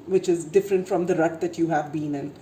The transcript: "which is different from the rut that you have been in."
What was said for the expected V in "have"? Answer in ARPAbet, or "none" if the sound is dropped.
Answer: V